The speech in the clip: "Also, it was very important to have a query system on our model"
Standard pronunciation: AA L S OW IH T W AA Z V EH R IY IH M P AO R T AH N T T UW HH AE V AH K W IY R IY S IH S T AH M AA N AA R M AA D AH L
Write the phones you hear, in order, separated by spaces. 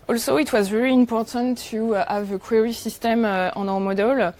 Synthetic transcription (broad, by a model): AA L S OW IH T W AA Z V EH R IY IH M P AO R T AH N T T UW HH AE V AH K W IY R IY S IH S T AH M AA N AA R M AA D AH L